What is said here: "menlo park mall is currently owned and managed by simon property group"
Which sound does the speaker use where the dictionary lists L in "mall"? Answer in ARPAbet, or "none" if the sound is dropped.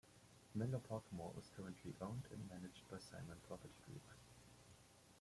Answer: W